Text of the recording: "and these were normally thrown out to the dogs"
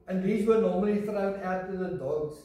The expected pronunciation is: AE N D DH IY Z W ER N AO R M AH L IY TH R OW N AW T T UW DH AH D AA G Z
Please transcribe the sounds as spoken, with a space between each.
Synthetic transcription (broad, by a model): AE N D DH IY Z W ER N AO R M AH L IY F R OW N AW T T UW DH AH D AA G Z